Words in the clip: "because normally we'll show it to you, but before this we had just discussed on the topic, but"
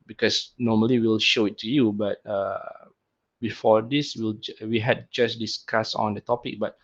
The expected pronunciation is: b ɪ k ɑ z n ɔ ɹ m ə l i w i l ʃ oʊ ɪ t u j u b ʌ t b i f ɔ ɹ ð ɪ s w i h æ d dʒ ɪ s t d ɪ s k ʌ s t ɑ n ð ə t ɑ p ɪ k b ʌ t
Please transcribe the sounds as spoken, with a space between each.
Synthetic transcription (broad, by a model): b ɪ k ɑ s n ɔ m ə l i w i l ʃ oʊ ɪ t u j u b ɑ t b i f ɔ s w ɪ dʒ w i h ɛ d dʒ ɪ s d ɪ s k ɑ s ɑ n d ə t ɑ p ɪ k b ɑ t